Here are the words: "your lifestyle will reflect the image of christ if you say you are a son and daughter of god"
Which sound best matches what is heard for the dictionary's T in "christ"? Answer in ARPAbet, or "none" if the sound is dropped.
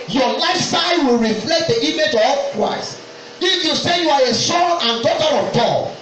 none